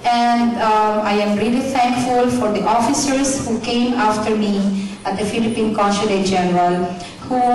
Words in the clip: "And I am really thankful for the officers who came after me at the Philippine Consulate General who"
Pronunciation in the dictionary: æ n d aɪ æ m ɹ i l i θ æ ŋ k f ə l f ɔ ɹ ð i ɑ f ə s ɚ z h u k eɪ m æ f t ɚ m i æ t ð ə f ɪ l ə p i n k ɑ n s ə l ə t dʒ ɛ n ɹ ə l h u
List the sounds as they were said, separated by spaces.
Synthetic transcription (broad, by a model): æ n d aɪ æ m ɹ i l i t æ ŋ k f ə l f ɔ ɹ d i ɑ f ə s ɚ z h u k eɪ m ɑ f t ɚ m i æ t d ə f ɪ l ə p i n k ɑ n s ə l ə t dʒ ɛ n ɹ ə l h u